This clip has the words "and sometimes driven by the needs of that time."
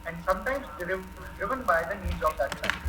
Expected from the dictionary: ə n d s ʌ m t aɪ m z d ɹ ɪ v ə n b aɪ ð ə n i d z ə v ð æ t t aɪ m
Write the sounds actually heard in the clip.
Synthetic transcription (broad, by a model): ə n d s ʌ m t aɪ m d d ɹ ɪ v ə n b aɪ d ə n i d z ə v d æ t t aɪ